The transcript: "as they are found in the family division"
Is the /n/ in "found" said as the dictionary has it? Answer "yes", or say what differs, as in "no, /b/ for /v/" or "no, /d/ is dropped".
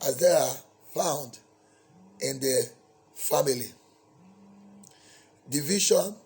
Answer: yes